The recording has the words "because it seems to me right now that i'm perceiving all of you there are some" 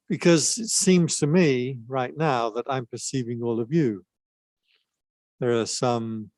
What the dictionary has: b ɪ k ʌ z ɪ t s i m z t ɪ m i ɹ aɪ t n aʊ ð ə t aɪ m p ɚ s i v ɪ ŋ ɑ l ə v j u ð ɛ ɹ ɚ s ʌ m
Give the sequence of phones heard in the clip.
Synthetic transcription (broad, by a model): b ɪ k ʌ z ɪ t s i m z t ɪ m i ɹ aɪ t n aʊ ð ə t aɪ m p ɚ s i v ɪ ŋ ɑ l ə v j u ð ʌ ɹ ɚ s ʌ m